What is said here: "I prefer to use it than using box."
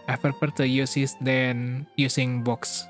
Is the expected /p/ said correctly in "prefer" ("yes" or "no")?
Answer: no